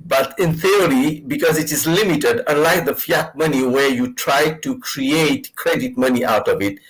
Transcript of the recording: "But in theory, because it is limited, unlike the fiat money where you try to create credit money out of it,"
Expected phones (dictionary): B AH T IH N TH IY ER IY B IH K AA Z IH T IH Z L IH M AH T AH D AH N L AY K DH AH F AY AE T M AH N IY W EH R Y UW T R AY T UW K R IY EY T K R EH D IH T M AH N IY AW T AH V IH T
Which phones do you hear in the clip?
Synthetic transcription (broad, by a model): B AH T IH N TH IY ER IY B IH K AA Z IH T IH Z L IH M AH T AH D AH N L AY K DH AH F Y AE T M AH N IY W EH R Y UW T R AY T UW K R IY EY T K R EH D IH T M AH N IY AW T AH V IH T